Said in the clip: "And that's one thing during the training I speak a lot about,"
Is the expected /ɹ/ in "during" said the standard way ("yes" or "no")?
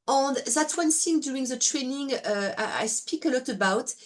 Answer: no